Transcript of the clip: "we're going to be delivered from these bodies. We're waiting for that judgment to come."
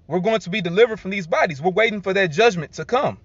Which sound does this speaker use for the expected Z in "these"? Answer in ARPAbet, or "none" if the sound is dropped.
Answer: Z